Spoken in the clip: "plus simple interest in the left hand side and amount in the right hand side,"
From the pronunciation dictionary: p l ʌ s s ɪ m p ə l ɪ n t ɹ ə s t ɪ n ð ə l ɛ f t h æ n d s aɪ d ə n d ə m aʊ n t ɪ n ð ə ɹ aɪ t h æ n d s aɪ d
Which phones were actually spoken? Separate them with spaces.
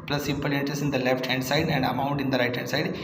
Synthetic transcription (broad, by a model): p l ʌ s s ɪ m p ə l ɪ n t ə s ɪ n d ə l ɛ f t h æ n d s aɪ d ə n d ə m aʊ n t ɪ n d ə ɹ aɪ t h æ n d s aɪ d